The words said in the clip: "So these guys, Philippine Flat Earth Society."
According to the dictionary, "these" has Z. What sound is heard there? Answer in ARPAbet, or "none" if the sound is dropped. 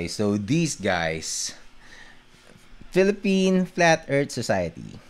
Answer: S